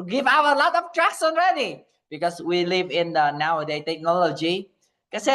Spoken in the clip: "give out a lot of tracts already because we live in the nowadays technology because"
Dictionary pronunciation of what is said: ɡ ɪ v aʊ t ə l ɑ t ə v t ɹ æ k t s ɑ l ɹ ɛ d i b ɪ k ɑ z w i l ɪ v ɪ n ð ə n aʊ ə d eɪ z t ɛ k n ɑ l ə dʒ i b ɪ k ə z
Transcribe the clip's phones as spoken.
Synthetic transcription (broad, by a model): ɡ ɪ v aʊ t ə l ɑ t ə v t ɹ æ k s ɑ n ɹ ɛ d i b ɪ k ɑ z w i l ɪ v ɪ n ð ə n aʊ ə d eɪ t ɛ k n ɑ l ə dʒ i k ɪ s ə